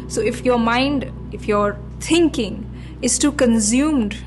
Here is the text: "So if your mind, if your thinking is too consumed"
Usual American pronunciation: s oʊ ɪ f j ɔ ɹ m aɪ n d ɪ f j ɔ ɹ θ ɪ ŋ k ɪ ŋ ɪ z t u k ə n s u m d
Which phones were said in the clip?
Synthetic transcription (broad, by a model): s oʊ ɪ f j ɔ ɹ m aɪ n d ɪ f j ɔ ɹ t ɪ ŋ k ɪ ŋ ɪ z t u k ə n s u m d